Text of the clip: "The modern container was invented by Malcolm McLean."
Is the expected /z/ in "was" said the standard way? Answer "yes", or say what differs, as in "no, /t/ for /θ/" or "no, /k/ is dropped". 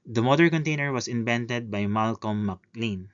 no, /s/ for /z/